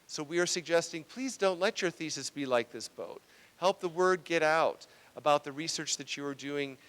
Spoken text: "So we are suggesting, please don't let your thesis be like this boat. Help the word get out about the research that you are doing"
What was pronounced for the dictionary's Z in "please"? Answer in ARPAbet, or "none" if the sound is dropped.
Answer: Z